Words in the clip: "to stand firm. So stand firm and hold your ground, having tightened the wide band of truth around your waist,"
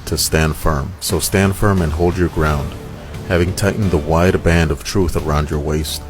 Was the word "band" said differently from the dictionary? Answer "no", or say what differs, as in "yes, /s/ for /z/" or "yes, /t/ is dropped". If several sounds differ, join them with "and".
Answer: no